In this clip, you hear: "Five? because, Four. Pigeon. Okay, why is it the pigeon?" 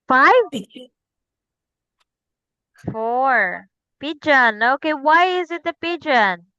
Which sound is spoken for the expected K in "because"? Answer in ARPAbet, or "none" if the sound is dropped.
none